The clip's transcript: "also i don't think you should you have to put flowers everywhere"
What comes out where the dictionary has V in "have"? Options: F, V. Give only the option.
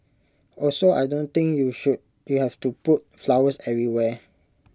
F